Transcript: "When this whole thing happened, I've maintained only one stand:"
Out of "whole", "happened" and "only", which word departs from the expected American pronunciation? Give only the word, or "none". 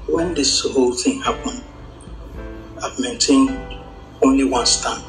happened